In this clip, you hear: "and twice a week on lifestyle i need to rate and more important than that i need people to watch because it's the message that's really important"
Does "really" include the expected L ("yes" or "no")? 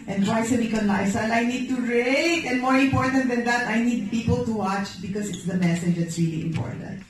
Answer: yes